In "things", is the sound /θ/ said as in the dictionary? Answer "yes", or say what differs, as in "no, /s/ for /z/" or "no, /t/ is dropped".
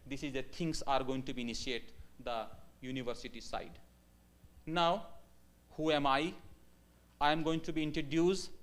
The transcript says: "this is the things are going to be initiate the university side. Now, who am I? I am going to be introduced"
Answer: no, /t/ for /θ/